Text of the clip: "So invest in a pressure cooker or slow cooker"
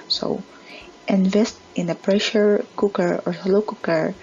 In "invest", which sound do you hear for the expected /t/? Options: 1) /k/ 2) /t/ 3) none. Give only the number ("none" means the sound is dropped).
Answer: 2